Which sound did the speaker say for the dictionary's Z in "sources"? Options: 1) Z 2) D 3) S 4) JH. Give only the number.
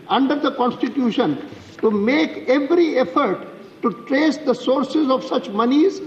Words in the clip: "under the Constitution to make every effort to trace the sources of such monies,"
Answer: 1